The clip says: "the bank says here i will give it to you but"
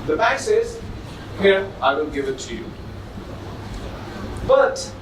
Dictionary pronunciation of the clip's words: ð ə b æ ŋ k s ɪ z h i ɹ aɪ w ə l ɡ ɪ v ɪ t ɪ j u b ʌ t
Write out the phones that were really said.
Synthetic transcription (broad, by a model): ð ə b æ k s ɪ z h i ɹ aɪ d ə n ɡ ɪ v ɪ t ɪ j u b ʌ t